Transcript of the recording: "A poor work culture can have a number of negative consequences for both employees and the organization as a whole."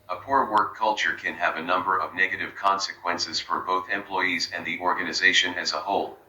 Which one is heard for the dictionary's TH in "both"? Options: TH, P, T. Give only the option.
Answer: TH